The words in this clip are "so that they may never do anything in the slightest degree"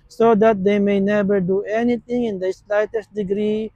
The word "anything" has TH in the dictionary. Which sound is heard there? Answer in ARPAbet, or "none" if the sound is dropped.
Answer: T